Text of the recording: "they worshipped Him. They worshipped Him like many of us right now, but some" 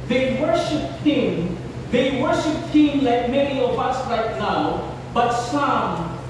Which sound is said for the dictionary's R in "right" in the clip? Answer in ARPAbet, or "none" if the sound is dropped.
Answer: L